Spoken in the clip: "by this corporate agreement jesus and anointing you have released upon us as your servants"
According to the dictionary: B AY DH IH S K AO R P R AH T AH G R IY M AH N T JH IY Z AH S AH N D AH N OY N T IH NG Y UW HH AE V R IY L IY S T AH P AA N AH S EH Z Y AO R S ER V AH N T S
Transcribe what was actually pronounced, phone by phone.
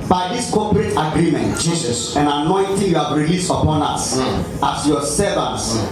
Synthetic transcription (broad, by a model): B AY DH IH S K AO P R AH T AH G R IY M AH N T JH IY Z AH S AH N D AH N OY N T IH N Y UW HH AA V R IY L IY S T AH P AA N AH S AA S Y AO S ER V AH N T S